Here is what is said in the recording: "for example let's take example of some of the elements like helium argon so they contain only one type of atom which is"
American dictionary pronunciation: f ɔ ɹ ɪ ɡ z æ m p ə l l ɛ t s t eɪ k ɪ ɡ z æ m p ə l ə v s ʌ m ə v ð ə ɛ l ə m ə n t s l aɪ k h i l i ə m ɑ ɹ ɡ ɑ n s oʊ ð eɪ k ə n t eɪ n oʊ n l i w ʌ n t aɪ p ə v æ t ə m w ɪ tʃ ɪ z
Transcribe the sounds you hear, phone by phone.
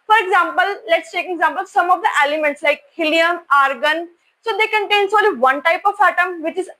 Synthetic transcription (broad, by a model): f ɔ ɹ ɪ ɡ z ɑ m p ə l l ɛ t s t eɪ k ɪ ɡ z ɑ m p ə l s ʌ m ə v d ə ɛ l ə m ə n t s l aɪ k h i l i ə m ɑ ɹ ɡ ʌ n s oʊ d eɪ k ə n t eɪ n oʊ l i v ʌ n t aɪ p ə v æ t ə m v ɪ tʃ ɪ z